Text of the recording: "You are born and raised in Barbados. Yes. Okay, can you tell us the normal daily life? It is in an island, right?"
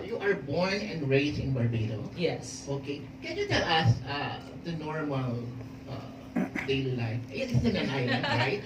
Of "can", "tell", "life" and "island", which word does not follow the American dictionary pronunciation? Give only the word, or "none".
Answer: island